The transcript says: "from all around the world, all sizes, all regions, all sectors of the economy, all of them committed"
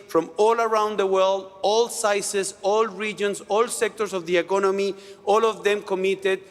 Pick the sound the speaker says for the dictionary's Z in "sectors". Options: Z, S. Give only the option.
S